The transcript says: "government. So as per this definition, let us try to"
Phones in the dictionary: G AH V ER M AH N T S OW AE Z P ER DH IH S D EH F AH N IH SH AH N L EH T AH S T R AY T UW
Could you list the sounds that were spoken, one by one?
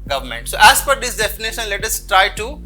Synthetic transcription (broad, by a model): G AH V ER M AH N T S OW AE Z F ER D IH S D EH F AH N IH SH AH N L EH T AH S T R AY T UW